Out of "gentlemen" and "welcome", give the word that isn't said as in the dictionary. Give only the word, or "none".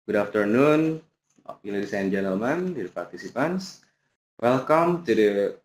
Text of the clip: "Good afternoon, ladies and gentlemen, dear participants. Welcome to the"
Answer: none